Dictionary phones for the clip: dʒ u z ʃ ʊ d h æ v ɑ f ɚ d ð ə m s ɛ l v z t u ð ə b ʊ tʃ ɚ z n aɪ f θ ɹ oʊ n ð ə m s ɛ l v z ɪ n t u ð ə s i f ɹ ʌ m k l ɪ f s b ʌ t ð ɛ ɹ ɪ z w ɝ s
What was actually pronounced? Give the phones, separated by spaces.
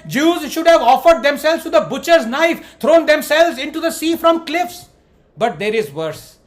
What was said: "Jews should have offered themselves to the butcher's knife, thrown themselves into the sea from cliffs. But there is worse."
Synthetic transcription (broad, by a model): dʒ u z ʃ ʊ d h æ v ɑ f ɚ d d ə m s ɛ l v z t u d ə b ʊ tʃ ɚ z n aɪ f t ɹ oʊ n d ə m s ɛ l v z ɪ n t u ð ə s i f ɹ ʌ m k l ɪ f s b ʌ t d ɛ ɹ ɪ z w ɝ s